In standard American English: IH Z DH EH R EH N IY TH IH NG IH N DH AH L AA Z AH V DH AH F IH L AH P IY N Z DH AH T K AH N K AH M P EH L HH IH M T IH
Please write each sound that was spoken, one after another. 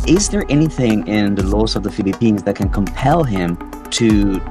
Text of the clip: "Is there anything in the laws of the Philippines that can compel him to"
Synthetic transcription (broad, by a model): IH Z DH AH R EH N IY TH IH NG IH N DH AH L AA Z AH V DH AH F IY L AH P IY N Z DH AH T K AH N K AH M P EH L HH IH M T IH